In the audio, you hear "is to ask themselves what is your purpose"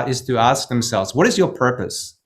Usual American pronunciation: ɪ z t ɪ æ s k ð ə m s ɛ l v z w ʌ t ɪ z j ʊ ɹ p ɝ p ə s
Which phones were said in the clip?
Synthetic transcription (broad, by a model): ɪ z t ɪ æ s k ð ə m s ɛ l v z w ʌ t ɪ z j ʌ ɹ p ɝ p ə s